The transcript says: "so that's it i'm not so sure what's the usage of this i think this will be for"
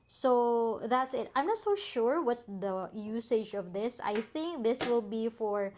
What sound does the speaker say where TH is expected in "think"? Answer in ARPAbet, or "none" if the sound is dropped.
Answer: TH